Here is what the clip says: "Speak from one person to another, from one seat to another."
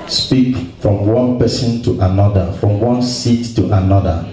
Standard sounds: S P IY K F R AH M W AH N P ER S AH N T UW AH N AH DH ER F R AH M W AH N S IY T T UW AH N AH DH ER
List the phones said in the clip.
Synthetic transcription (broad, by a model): S P IY K F R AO M W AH N P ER S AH N T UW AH N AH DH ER F R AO M W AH N S IY T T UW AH N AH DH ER